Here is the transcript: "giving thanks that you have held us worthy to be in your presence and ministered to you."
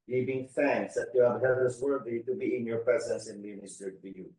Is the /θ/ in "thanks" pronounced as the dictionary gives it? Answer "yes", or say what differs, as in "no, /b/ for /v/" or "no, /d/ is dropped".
no, /f/ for /θ/